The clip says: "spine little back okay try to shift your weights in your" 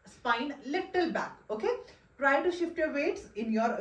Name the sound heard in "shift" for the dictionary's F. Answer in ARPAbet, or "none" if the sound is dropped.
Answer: F